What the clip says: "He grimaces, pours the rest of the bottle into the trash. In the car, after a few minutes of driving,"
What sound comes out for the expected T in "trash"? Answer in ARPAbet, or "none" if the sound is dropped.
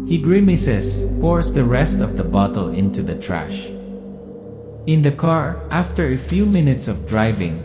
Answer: T